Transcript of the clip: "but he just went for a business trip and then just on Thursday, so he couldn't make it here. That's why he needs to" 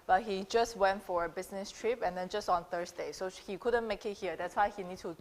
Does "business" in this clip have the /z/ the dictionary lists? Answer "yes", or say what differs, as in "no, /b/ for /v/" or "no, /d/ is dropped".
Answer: no, /s/ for /z/